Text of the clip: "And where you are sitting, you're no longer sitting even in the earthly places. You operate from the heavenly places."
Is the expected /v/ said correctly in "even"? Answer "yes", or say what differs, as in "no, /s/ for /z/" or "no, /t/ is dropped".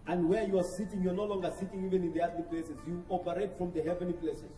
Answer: yes